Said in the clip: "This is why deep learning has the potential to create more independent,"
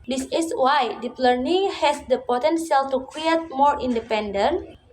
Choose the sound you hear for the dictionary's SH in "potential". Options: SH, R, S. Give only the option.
S